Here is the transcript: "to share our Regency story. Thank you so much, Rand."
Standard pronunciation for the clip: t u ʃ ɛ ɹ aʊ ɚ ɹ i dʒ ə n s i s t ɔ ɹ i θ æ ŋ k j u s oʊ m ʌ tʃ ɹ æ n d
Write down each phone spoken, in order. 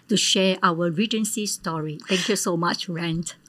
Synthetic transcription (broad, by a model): t u ʃ ɛ aʊ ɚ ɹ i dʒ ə n s i s t ɔ ɹ i t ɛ ŋ k j u s oʊ m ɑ tʃ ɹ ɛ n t